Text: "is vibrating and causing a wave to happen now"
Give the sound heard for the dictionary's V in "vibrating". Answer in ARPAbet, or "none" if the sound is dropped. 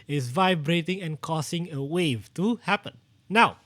V